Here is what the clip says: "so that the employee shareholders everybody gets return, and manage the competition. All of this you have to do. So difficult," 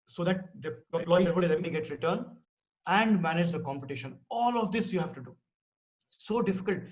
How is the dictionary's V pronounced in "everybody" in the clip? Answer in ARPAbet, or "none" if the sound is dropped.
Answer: none